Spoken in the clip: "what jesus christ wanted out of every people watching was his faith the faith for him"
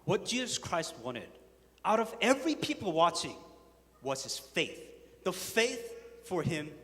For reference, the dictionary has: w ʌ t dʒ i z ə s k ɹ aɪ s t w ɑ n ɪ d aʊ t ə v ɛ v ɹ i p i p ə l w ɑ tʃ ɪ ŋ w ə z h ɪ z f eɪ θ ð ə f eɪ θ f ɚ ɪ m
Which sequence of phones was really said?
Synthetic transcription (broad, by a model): w ʌ t dʒ i z ə s k ɹ aɪ s t w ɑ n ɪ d aʊ t ə v ɛ v ɹ i p i p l w ɑ tʃ ɪ ŋ w ə z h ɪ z f eɪ θ ð ə f eɪ θ f ɚ ɪ m